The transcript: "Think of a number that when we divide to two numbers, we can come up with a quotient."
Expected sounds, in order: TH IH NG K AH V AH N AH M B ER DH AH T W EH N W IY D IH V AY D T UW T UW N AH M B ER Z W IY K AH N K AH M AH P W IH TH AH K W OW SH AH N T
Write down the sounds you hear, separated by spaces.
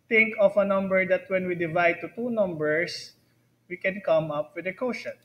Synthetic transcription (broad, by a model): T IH NG K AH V AH N AH M B ER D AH T W EH N W IY D IH V AY D T UW T UW N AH M B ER S W IY K AH N K AH M AH P W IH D AH K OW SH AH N